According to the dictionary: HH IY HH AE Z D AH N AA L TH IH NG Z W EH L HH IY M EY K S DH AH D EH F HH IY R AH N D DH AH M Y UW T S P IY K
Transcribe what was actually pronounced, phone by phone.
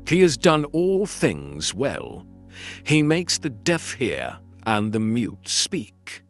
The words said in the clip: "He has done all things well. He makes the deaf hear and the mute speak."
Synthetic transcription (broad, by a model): HH IY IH Z D AH N AA L TH IH NG Z W EH L IY M EY K S DH AH D EH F HH IY R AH N DH AH M Y UW T S P IY K